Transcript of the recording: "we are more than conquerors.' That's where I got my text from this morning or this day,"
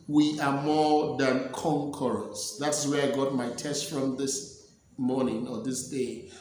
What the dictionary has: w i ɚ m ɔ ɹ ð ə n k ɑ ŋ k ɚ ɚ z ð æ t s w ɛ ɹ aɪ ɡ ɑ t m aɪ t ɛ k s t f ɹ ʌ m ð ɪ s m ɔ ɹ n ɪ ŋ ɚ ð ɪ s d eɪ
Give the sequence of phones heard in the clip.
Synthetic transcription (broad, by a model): w i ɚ m ɔ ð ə n k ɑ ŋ k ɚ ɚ s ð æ t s w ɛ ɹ aɪ ɡ ɑ t m aɪ t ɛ s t f ɹ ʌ m ð ɪ s m ɔ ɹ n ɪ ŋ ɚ ð ɪ s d eɪ